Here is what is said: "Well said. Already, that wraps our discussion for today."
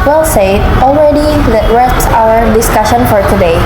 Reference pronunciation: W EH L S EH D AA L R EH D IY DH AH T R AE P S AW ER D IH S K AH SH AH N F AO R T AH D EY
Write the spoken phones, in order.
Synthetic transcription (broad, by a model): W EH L S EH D AA L R EH D IY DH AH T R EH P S AW ER D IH S K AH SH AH N F AO R T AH D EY